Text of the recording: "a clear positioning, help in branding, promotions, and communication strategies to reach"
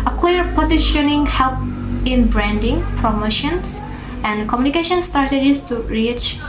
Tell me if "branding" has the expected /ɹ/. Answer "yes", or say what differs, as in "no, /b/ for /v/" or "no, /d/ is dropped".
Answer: yes